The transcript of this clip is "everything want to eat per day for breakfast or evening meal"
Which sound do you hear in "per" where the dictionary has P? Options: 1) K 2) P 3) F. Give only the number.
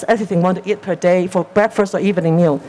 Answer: 2